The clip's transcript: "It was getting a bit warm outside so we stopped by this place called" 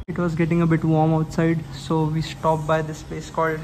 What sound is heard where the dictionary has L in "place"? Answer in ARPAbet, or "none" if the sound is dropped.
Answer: none